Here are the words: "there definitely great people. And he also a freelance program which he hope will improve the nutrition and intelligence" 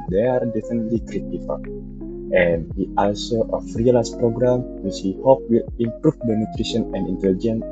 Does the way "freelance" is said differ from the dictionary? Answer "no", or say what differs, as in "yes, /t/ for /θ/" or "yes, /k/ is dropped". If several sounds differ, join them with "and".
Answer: yes, /n/ is dropped